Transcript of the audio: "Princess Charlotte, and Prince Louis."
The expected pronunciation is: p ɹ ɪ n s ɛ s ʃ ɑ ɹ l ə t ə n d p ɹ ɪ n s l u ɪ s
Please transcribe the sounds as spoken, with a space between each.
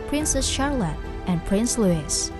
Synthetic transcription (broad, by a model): p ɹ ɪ n s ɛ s ʃ ɑ ɹ l ə t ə n p ɹ ɪ n s l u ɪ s